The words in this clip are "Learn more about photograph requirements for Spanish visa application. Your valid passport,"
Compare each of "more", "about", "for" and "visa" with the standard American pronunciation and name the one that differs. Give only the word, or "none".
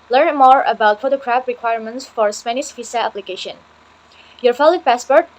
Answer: visa